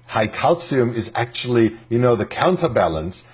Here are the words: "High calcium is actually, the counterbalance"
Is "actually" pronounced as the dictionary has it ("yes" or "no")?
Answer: no